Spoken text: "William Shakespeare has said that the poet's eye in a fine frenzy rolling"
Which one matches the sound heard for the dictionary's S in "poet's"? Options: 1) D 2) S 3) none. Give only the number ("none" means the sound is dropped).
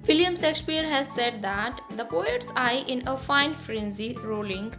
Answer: 2